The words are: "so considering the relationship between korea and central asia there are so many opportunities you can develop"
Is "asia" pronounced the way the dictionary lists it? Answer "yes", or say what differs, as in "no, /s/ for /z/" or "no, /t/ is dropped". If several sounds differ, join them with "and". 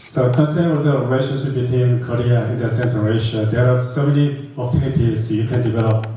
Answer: no, /ʃ/ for /ʒ/